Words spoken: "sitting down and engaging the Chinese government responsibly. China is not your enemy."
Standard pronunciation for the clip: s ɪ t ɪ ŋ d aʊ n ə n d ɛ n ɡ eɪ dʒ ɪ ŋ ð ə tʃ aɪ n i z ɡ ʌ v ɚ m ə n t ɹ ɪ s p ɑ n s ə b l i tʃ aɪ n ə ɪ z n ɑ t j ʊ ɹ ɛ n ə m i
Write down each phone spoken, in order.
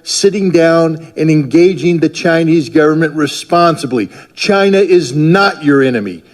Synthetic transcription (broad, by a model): s ɪ t ɪ ŋ d aʊ n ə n ɛ n ɡ eɪ dʒ ɪ ŋ ð ə tʃ aɪ n i z ɡ ʌ v ɚ m ə n t ɹ ɪ s p ɑ n s ə b l i tʃ aɪ n ə ɪ z n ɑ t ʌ ɹ ɛ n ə m i